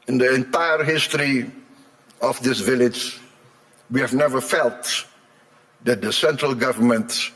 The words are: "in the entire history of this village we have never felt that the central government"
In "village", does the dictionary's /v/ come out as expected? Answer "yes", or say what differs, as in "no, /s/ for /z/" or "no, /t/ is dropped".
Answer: yes